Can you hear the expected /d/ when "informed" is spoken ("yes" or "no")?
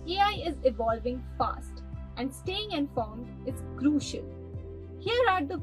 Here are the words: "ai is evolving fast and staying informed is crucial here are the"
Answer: no